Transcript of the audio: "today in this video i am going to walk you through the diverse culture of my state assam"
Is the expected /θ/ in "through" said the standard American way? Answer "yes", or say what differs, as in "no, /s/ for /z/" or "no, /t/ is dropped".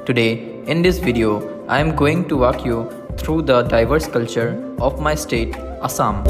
no, /t/ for /θ/